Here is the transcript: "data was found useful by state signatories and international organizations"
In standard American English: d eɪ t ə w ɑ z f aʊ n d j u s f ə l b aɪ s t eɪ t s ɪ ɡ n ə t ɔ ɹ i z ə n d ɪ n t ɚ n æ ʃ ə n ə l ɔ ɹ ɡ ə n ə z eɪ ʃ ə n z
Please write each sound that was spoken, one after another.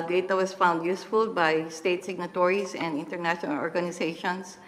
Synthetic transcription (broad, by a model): d eɪ t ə w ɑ s f aʊ n d j u s f ə l b aɪ s t eɪ t s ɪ ɡ n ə t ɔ ɹ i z ə n d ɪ n t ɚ n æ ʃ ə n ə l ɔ ɹ ɡ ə n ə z eɪ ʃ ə n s